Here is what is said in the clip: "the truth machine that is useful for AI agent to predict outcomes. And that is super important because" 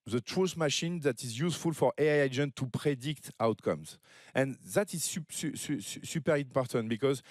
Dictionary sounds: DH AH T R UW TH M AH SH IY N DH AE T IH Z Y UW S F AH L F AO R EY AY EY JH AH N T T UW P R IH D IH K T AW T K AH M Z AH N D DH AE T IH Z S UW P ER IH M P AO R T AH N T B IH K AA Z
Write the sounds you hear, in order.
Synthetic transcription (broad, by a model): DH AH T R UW S M AH SH IY N DH AE T IH Z Y UW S F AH L F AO R EY AY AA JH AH N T T UW P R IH D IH K T AW T K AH M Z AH N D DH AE T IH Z S UW P ER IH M P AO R T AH N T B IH K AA Z